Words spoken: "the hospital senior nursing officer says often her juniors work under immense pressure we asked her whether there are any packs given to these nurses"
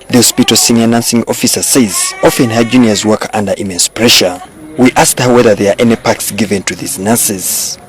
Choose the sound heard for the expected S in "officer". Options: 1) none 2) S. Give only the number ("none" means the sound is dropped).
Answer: 2